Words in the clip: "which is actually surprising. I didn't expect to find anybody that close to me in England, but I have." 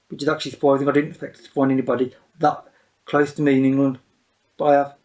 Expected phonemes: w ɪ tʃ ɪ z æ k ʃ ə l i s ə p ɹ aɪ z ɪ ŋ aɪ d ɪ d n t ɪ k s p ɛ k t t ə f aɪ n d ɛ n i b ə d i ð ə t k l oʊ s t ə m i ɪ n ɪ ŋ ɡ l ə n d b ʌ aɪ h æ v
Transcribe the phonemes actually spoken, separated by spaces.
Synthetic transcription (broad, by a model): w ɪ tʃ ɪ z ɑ k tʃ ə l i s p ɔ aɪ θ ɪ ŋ aɪ d ɪ d n t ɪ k s p ɛ k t t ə p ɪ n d ɛ n i b ə d i ð ə t k l oʊ s t ə m i ɪ n ɪ ŋ ɡ l ə n d b ʌ aɪ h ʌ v